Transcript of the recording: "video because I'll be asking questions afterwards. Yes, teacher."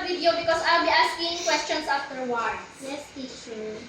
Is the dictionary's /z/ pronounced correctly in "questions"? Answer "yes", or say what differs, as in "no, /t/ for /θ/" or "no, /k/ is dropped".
no, /s/ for /z/